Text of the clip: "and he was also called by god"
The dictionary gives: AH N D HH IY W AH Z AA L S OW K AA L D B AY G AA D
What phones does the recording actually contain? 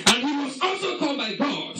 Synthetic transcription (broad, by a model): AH N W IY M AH S AA L S OW K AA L B AY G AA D